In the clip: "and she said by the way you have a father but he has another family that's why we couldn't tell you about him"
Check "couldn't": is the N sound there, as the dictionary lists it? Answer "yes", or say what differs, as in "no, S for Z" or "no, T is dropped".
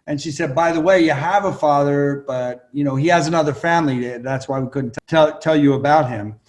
no, L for N